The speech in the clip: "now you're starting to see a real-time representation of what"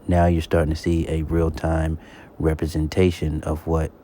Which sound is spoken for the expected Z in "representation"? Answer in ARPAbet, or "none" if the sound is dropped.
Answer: Z